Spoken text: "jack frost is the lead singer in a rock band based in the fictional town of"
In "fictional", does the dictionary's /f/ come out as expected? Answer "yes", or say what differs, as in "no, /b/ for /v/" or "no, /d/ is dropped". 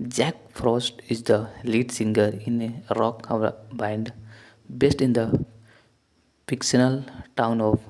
no, /p/ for /f/